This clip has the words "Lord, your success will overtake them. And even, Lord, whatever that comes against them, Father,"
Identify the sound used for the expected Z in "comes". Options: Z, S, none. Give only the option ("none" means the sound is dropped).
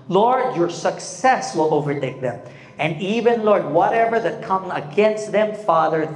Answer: none